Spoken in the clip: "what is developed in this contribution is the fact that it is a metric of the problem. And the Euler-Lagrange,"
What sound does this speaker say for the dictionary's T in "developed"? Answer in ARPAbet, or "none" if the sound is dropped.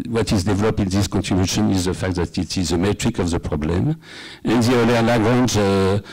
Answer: none